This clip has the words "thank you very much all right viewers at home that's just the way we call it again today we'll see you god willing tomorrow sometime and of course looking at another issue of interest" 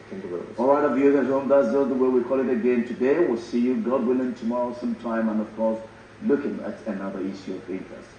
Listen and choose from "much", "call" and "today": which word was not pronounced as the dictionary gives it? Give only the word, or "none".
much